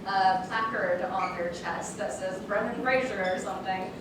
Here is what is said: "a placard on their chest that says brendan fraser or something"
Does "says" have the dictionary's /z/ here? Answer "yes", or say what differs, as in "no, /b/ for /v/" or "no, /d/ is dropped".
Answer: yes